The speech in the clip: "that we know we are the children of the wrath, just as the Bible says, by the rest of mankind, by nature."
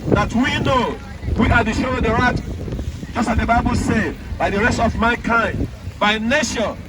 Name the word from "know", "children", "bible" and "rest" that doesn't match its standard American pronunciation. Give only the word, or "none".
children